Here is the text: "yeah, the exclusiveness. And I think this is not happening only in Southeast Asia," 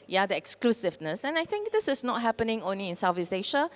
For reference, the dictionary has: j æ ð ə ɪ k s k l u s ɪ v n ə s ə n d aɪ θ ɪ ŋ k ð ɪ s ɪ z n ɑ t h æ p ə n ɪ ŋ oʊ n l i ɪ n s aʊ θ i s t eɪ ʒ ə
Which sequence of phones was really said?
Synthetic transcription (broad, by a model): j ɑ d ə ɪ k s k l u s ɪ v n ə s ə n aɪ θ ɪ ŋ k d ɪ s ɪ s n ɑ t h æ p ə n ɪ ŋ oʊ n l i ɪ n s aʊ f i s eɪ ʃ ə